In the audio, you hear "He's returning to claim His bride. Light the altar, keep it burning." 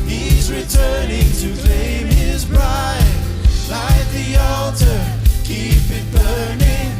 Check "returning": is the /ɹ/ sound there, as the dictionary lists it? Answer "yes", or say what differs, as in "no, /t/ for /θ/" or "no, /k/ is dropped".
yes